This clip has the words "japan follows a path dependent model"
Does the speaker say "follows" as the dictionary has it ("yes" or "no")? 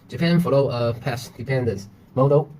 no